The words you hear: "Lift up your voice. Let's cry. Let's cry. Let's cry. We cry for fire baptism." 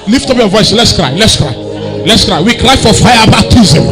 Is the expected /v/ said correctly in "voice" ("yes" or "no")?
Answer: yes